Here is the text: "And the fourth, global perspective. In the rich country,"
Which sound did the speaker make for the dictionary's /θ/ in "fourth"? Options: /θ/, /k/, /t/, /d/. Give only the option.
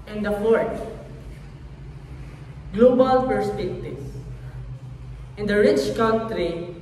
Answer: /t/